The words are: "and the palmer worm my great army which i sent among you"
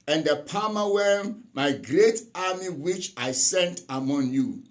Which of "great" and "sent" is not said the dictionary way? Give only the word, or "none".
none